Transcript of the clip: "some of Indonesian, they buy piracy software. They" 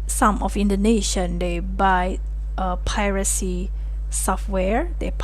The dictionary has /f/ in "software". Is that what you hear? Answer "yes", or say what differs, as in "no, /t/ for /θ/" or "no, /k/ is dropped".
yes